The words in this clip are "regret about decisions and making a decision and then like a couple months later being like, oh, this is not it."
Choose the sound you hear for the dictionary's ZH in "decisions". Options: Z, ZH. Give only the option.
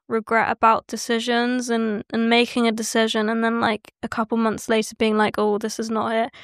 ZH